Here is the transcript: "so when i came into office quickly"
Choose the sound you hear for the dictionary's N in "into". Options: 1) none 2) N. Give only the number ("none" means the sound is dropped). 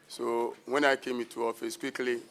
1